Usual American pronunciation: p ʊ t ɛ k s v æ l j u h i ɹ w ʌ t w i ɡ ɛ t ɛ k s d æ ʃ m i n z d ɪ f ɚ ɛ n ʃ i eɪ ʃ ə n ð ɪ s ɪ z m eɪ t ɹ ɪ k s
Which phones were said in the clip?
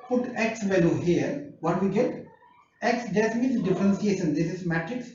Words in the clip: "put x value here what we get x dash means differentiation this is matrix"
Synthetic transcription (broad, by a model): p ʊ t ɛ k s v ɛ l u h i ɹ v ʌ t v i ɡ ɛ t ɛ k s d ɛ s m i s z d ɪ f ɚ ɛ n s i eɪ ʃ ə n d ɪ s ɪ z m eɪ t ɹ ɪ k s